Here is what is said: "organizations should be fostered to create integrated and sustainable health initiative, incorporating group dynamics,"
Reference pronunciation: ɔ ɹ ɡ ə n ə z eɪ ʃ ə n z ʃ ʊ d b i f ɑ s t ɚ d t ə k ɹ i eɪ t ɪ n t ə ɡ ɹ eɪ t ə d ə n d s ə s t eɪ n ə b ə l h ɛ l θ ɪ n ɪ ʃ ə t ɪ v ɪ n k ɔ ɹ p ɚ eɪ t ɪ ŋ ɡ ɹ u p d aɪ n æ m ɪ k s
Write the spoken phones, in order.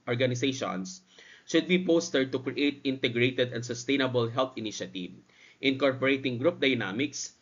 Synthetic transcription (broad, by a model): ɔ ɹ ɡ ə n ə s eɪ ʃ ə n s ʃ ʊ d b i p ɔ s t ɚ d t ə k ɹ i eɪ t ɪ n t ə ɡ ɹ eɪ t ə d ə n d s ə s t eɪ n ə b ə l h ɛ l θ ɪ n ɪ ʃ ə t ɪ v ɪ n k ɔ ɹ p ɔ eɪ t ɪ ŋ ɡ ɹ u p d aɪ n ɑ m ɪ k s